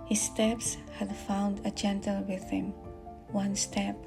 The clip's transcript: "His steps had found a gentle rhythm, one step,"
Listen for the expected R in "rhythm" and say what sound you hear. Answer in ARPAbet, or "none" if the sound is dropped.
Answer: W